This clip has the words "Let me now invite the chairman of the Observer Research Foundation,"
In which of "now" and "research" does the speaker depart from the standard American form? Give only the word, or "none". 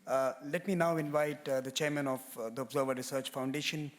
none